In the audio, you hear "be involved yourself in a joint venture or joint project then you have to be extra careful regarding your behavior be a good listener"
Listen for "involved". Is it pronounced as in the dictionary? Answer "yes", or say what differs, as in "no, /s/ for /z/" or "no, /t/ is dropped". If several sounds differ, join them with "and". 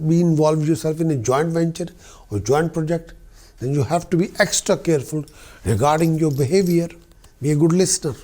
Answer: yes